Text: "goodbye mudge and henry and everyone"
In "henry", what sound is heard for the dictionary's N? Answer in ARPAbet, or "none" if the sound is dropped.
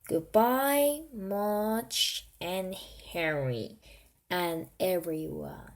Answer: none